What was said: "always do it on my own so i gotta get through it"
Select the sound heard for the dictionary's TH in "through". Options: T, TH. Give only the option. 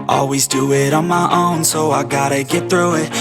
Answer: TH